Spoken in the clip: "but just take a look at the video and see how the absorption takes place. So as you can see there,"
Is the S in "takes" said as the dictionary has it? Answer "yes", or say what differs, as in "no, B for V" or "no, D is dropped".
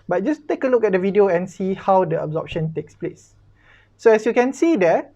yes